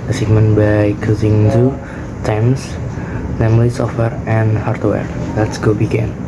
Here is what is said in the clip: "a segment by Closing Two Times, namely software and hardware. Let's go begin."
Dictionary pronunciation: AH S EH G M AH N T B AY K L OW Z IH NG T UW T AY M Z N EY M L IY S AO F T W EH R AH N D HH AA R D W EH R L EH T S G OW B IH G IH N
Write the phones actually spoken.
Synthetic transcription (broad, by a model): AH S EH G M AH N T B AY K OW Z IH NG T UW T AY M S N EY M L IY S AO F T W EH R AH N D HH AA R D W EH R L EH T S G OW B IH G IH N